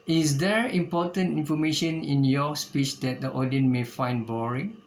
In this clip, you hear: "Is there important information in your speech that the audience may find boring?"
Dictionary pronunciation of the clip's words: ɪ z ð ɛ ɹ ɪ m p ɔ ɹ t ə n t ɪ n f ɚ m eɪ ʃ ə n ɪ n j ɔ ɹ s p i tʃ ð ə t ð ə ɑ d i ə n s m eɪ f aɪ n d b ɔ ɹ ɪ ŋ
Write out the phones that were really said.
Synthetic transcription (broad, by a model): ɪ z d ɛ ɹ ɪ m p ɔ t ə n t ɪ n f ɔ m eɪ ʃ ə n ɪ n j ɔ s p i tʃ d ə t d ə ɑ d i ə n m eɪ f aɪ n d b ɔ ɹ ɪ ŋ